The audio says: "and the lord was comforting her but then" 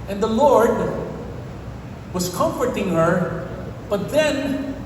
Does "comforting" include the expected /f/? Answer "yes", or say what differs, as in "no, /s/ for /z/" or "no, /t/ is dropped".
yes